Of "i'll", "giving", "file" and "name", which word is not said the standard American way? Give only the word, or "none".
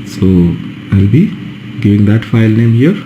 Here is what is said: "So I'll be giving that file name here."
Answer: none